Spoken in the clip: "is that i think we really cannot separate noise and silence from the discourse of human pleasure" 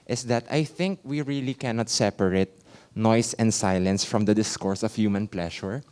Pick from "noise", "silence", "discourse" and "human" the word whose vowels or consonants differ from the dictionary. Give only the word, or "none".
noise